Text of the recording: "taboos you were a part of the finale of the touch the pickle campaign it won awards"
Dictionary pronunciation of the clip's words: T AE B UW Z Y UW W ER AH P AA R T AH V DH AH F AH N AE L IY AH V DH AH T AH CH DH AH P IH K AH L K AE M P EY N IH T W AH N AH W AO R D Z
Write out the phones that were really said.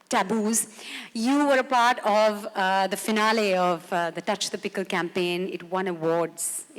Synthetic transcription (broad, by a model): T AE B UW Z Y UW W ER AH P AA R T AH V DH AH F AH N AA L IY AH V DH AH T AH CH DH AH P IH K AH L K AE M P EY N IH T W AH N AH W AO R D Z